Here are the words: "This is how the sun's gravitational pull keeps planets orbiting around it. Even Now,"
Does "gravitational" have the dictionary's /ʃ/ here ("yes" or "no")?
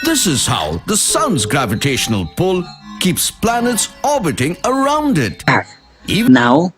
yes